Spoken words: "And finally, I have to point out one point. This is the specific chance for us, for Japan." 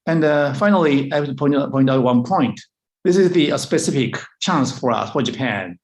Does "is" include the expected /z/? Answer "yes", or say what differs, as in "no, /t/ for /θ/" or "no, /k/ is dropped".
yes